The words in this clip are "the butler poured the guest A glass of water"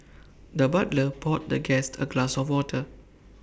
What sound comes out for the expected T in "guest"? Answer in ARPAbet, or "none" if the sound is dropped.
T